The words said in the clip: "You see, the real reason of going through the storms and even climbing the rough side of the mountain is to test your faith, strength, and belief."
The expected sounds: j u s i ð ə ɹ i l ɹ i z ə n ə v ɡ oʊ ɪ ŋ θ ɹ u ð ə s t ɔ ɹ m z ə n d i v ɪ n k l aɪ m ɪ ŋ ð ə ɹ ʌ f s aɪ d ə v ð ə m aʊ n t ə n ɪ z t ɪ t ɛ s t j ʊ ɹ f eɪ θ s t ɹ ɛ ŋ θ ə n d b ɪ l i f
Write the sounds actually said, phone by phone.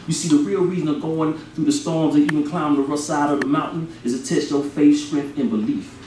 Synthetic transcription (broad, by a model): j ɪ s i ð ə ɹ i l ɹ i z ə n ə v ɡ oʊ ɪ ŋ θ ɹ u ð ə s t ɔ ɹ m z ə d i v ɪ n k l aɪ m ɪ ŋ ð ə ɹ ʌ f s aɪ d ə v ð ə m aʊ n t n ɪ z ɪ t ɛ s t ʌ f eɪ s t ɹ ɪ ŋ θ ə n b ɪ l i f